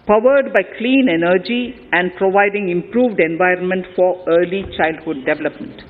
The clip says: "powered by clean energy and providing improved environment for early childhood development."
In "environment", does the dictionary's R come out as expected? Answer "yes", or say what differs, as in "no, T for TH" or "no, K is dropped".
yes